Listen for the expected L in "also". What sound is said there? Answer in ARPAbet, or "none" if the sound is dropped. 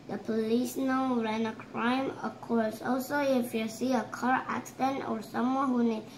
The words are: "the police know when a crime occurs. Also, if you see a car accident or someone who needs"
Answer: L